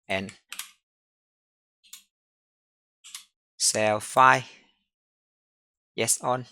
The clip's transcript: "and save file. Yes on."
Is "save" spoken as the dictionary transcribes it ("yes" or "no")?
no